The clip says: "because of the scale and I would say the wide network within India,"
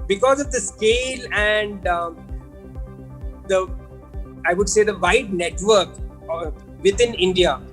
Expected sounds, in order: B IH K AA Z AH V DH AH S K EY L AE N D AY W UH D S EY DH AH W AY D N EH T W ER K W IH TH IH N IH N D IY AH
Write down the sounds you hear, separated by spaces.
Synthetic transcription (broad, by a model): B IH K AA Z AH V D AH S K EY L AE N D AY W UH D S EY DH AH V AY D N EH T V ER K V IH T IH N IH N D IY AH